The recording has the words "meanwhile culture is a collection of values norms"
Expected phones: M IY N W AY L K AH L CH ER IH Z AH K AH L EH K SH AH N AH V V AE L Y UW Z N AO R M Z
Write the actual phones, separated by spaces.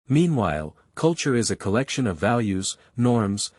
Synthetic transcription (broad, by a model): M IY N W AY L K AH L CH ER IH Z AH K AH L EH K SH AH N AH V V AE L Y UW Z N AO R M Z